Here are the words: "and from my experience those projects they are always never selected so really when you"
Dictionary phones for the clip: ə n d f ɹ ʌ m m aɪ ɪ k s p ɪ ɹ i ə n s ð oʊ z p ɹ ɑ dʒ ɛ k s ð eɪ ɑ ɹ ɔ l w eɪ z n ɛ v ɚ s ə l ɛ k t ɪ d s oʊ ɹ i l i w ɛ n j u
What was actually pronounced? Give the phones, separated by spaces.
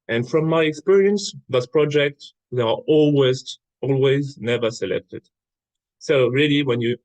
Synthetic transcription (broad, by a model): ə n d f ɹ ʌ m m aɪ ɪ k s p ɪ ɹ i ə n s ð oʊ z p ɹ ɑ dʒ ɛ k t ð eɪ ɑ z ɔ l w eɪ z n ɛ v ɚ s ə l ɛ k t ɪ d s oʊ ɹ i l i w ɛ n j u